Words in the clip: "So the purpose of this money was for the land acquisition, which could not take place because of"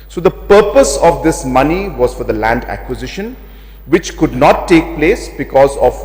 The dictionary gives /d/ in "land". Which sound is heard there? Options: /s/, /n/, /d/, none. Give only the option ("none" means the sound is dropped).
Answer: /d/